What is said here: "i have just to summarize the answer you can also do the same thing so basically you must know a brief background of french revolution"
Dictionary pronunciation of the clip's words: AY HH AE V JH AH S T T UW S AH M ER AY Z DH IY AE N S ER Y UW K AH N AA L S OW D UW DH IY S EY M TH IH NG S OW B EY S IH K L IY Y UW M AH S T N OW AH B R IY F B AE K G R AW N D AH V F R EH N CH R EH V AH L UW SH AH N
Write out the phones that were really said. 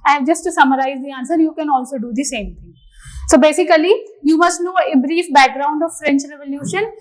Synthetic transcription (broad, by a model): AY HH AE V JH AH S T T UW S AH M ER AY Z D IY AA N S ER Y UW K AH N AA L S OW D UW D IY S EY M T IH NG S OW B EY S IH K L IY Y UW M AH S T N OW AH B R IY F B AE K G R AW N D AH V F R EH N CH R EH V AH L UW SH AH N